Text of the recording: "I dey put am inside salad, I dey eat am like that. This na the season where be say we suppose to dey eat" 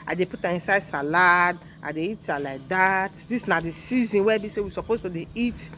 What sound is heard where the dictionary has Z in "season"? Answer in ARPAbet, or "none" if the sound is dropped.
Z